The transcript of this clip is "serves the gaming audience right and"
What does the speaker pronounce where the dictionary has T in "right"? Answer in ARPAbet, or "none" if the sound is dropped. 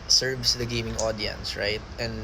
T